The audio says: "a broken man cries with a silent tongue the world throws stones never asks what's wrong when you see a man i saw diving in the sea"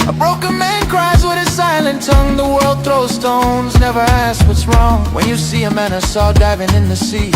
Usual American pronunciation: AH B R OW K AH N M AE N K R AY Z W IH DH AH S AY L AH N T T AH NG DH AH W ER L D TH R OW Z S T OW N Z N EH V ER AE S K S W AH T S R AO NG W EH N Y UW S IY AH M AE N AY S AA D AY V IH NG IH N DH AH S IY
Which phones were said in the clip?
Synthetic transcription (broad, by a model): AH B R OW K AH N M AE N K R AY Z W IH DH AH S AY L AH N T T AH NG DH AH W ER L D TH R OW S T OW N Z N EH V ER AE S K W AH T S R AO NG W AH N Y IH S IY AH M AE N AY S AA D AY V IH NG IH N DH AH S IY